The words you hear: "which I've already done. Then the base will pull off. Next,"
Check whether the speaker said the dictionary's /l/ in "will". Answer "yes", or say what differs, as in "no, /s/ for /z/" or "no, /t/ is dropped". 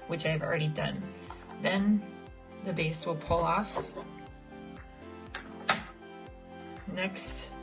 yes